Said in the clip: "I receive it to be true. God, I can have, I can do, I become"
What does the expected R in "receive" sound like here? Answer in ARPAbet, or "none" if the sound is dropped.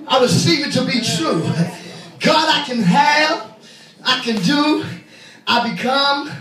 W